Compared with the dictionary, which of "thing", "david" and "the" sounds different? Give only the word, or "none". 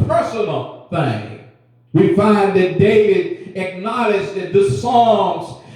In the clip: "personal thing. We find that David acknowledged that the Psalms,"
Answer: none